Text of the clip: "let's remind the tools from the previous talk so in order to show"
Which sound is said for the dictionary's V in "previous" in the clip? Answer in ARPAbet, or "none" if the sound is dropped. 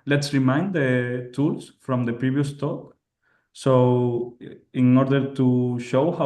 B